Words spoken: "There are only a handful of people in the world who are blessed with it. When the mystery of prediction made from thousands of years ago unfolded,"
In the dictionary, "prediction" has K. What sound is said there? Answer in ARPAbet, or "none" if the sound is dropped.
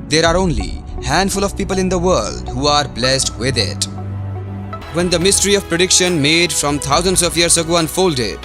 K